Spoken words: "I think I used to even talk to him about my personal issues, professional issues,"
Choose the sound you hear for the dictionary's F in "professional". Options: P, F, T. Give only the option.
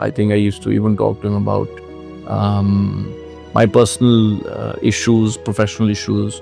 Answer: F